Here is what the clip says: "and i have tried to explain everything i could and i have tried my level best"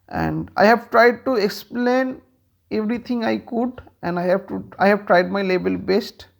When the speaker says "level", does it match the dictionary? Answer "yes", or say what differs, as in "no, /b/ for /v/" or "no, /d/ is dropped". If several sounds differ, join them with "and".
no, /b/ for /v/